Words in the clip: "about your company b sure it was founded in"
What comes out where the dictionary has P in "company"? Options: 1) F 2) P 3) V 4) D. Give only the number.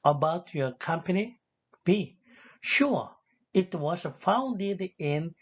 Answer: 2